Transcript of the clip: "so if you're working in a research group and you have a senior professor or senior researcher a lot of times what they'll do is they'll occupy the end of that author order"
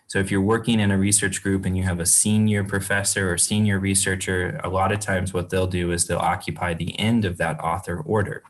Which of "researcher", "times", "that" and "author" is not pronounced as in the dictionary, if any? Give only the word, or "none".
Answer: none